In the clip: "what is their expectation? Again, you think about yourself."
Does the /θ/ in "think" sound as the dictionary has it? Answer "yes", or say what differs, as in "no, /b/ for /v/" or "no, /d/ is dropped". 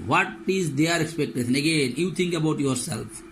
no, /t/ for /θ/